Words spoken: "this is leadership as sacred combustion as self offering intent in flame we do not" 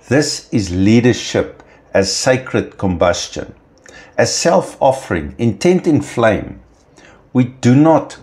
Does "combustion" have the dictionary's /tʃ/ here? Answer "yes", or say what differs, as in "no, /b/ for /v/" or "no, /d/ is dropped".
yes